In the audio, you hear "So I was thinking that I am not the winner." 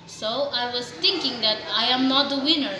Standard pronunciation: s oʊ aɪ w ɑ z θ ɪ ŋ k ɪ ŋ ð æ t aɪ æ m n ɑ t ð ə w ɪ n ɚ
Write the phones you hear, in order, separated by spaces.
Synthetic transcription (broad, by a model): s oʊ aɪ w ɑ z t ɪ ŋ k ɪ ŋ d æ t aɪ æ m n ɑ t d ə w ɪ n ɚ